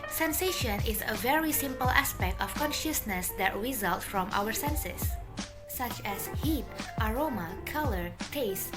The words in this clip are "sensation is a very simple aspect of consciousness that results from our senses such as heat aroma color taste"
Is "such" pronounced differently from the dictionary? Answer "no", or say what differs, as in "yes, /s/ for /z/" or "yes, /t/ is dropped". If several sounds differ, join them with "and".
no